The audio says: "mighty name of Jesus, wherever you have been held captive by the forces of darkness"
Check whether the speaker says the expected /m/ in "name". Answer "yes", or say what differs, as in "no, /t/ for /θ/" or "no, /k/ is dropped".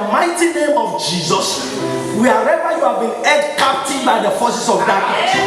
yes